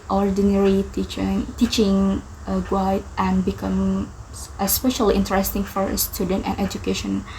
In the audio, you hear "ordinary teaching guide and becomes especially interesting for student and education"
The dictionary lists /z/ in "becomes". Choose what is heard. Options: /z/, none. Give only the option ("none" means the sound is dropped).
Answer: none